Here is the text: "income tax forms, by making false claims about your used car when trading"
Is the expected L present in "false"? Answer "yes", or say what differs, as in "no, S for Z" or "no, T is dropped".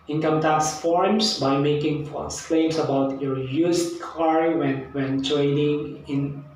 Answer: no, L is dropped